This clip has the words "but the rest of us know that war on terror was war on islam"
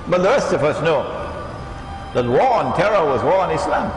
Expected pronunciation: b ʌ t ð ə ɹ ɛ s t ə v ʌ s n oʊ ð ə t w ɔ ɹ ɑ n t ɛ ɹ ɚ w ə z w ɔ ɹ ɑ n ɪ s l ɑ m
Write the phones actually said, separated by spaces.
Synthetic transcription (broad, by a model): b ʌ t ð ə ɹ ɛ s t ə v ʌ s n oʊ ð ə t w ɔ ɹ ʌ n t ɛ ɹ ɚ w ə z w ɔ ɹ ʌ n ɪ s l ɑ m